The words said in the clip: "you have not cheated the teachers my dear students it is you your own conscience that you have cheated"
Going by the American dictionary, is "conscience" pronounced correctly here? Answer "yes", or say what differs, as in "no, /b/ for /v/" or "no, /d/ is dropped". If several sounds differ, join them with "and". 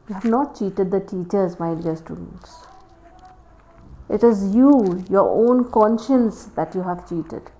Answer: yes